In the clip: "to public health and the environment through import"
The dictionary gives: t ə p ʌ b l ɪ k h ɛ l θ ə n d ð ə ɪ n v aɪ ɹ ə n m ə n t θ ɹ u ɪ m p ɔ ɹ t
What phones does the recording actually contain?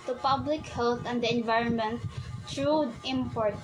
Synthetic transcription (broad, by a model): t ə p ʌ b l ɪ k h ɛ l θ ə n d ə ɪ n v aɪ ɹ ə n m ə n t t ɹ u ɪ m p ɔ ɹ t